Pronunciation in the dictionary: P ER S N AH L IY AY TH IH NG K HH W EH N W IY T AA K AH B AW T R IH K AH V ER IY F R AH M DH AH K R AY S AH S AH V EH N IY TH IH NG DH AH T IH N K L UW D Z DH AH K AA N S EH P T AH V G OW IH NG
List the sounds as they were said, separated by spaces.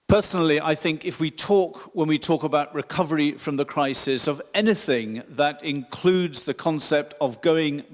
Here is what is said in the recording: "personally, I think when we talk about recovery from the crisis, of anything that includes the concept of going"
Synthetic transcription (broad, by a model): P ER S N L IY AY TH IH NG K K W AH N W IY T AA K AH B AW T R IH K AH V ER IY F R AH M DH AH K R AY S AH S AH V EH N IY TH IH NG DH AH T IH N K L UW D Z DH AH K AA N S EH P T AH V G OW IH NG